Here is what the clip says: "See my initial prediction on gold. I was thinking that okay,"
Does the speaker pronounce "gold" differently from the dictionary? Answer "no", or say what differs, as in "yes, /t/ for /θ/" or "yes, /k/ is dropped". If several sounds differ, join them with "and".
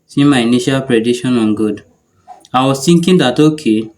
yes, /l/ is dropped